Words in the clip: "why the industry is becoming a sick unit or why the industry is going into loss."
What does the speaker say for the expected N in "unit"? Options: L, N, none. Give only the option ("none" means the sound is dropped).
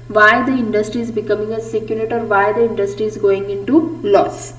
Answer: L